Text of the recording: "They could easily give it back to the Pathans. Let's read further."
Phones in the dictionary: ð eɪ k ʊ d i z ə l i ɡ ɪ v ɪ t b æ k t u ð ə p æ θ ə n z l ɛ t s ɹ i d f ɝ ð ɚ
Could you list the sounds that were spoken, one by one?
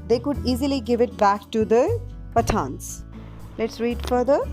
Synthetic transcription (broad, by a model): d eɪ k ʊ d i z ə l i ɡ ɪ v ɪ t b æ k t u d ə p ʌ t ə n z l ɛ t s ɹ i d f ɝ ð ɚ